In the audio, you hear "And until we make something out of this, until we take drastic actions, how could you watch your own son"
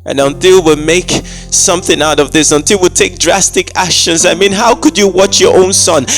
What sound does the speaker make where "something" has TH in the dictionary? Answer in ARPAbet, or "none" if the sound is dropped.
TH